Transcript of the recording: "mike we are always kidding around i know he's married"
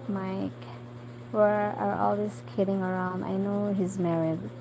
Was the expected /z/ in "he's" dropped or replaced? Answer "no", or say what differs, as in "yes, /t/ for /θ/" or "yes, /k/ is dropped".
no